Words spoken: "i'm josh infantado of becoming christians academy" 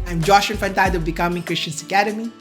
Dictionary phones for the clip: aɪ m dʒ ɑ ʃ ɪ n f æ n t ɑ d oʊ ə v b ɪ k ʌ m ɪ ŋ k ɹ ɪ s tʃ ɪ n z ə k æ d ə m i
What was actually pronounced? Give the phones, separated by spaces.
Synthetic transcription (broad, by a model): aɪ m dʒ ɑ ʃ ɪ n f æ n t ɑ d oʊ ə b ɪ k ʌ m ɪ ŋ k ɹ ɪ s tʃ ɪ n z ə k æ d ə m i